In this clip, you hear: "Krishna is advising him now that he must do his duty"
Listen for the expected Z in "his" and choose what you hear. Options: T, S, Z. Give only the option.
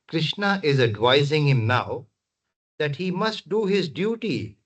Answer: Z